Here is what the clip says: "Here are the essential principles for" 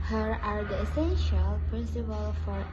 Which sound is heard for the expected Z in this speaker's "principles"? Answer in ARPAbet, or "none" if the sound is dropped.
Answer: none